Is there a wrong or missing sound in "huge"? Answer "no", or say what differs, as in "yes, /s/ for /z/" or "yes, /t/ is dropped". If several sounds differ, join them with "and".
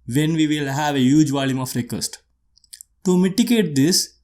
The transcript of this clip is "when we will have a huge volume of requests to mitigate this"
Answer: no